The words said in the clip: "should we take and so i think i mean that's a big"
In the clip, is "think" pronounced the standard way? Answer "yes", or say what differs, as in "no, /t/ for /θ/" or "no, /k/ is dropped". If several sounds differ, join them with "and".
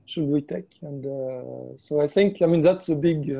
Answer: yes